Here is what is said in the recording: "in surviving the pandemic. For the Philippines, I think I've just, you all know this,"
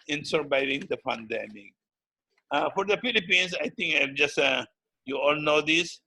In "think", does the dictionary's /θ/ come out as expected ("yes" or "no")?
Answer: no